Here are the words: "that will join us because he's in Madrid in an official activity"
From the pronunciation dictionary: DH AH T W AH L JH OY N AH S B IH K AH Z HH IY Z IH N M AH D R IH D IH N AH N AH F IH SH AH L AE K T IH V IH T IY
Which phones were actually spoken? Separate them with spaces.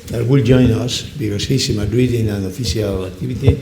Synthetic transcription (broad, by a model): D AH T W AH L JH OY N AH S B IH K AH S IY S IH M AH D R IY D IH N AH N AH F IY S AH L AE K T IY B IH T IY